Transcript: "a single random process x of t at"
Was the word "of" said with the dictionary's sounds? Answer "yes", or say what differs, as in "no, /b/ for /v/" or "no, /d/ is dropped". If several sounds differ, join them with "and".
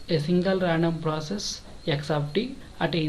no, /p/ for /v/